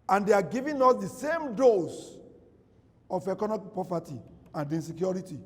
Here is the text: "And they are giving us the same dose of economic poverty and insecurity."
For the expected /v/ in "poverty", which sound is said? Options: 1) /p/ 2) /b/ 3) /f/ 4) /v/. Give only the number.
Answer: 1